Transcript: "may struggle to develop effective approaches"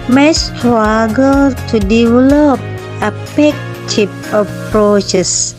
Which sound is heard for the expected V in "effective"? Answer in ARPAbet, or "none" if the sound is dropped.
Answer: P